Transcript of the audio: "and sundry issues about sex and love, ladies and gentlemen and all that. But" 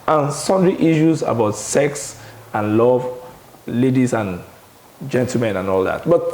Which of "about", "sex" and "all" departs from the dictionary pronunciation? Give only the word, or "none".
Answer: none